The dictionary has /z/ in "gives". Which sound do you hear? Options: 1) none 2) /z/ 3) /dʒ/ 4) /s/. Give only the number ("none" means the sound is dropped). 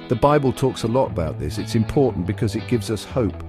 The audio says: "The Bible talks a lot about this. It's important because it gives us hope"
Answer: 2